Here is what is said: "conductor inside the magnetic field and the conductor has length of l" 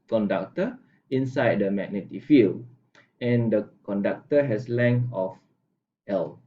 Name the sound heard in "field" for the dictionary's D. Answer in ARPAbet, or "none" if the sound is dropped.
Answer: none